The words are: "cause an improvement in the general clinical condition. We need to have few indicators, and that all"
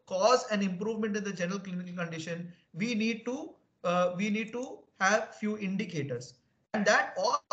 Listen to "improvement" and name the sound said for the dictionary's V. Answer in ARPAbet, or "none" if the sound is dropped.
V